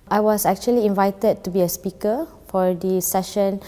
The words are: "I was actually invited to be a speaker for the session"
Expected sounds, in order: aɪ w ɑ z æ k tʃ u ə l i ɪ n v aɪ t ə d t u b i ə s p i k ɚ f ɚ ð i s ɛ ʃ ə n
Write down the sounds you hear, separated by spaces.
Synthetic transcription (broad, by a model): aɪ w ɑ s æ k tʃ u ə l i ɪ n v aɪ t ə d t u b i ə s p i k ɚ f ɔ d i s ɛ ʃ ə n